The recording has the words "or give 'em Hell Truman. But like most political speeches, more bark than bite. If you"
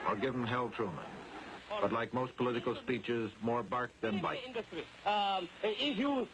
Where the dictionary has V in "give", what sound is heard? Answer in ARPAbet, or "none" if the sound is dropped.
V